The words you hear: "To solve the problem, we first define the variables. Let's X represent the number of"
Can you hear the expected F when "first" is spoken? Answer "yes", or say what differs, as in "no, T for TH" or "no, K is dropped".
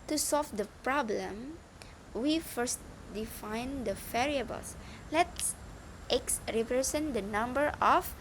yes